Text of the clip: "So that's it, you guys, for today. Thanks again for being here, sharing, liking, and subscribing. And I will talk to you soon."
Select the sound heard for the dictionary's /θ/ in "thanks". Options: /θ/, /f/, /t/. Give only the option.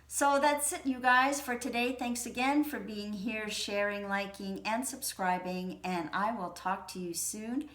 /θ/